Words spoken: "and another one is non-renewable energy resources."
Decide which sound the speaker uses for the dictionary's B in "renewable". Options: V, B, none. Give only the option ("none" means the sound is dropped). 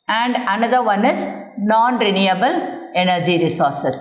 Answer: B